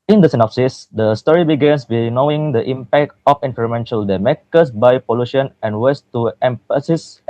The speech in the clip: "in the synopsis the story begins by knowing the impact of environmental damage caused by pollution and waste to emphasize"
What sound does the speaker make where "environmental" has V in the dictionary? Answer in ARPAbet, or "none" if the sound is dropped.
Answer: F